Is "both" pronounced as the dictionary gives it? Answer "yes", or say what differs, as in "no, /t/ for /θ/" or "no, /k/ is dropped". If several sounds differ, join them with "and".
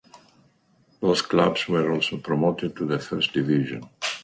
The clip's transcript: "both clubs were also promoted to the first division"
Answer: no, /s/ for /θ/